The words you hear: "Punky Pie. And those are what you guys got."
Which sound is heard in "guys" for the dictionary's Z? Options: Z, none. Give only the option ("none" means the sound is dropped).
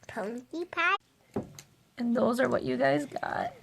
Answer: Z